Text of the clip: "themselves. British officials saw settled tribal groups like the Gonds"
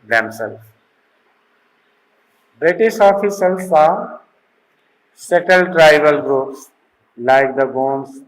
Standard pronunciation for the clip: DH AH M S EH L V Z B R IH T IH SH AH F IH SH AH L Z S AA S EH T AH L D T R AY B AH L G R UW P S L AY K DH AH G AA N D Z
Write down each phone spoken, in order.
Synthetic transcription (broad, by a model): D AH M S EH L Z B R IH T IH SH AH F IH S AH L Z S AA S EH T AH L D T R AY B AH L G R UW P S L AY K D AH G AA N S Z